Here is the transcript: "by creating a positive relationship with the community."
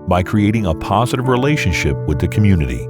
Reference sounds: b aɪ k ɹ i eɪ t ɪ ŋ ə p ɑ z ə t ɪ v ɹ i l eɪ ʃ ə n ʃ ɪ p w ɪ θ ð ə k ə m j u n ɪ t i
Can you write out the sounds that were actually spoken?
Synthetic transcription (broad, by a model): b aɪ k ɹ i eɪ t ɪ ŋ ə p ɑ z ə t ɪ v ɹ i l eɪ ʃ ə n ʃ ɪ p w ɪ ð ə k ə m j u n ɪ t i